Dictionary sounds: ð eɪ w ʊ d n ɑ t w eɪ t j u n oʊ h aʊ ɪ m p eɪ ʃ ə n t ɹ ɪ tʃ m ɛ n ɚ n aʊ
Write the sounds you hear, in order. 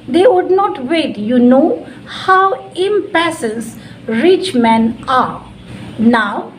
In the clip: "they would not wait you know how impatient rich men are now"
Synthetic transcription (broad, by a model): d eɪ w ʊ d n ɑ t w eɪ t j u n oʊ h aʊ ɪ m p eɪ s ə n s ɹ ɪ tʃ m ɛ n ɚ n aʊ